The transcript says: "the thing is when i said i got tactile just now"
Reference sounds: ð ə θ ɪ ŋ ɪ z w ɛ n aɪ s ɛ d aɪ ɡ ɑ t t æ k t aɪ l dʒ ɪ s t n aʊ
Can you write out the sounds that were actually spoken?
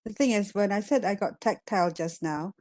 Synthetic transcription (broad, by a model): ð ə θ ɪ ŋ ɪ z w ɛ n aɪ s ɛ d aɪ ɡ ɑ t t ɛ k t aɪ l dʒ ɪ s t n aʊ